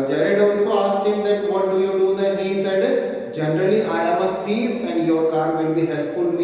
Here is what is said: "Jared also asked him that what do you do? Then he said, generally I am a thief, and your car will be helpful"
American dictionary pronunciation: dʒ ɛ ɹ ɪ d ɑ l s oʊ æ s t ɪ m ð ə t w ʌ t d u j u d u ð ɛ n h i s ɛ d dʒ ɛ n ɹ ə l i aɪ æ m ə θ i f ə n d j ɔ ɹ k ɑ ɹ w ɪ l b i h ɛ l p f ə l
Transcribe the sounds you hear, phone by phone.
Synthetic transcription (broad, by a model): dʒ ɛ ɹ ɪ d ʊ n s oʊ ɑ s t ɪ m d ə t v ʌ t d u j u d u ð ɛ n h i s ɛ d dʒ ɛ n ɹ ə l i aɪ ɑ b ə t i ə n d j ɔ ɹ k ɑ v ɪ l b i h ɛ l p f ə l